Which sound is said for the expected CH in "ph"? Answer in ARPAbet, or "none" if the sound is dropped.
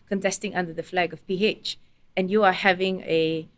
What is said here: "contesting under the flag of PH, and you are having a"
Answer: CH